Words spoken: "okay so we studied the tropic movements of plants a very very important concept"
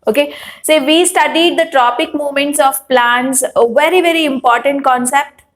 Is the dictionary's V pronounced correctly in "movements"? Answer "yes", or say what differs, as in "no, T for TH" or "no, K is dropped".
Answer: no, V is dropped